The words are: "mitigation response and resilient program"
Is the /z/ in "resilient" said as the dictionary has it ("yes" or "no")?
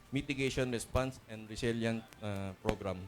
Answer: no